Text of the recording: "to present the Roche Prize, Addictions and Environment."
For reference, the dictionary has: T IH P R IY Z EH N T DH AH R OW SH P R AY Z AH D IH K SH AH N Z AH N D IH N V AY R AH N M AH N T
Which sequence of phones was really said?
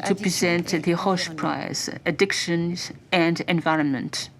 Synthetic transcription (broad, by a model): T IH P R IY Z EH N T DH AH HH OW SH P R AY Z AH D IH K SH AH N Z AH N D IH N V AY R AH N M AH N T